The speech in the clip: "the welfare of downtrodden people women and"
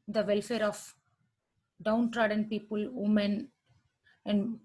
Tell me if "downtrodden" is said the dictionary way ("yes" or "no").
yes